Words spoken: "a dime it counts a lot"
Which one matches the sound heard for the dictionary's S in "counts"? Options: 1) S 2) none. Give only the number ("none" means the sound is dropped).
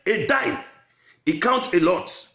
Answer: 2